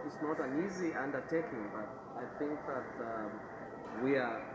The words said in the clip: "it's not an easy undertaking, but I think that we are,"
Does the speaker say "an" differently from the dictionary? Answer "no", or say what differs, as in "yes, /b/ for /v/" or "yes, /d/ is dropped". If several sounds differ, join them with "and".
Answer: no